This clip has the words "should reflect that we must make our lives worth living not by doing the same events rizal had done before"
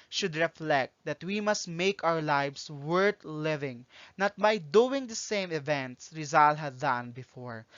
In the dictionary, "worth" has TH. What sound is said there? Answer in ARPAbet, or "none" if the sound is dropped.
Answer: T